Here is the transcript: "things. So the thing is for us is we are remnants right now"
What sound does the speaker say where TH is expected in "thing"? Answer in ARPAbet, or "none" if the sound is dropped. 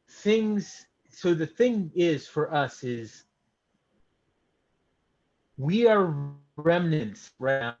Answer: TH